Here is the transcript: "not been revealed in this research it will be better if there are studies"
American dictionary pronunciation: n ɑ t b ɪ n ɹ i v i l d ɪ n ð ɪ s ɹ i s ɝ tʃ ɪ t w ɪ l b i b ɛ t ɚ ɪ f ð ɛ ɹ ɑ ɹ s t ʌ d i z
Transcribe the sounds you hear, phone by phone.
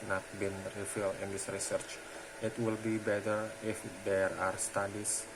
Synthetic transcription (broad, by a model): n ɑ t b ɪ n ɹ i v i l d ɪ n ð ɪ s ɹ i s ɝ tʃ ɪ t w ɪ l b i b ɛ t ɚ ɪ f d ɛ ɹ ɑ ɹ s t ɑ d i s